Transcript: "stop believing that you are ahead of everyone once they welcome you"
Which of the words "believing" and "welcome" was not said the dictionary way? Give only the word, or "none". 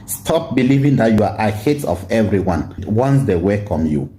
welcome